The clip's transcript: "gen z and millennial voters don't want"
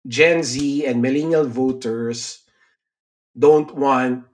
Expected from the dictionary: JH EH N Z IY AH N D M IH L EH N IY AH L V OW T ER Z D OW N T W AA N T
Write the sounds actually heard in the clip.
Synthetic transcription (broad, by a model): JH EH N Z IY AH N D M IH L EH N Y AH L V OW T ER S D OW N T W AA N T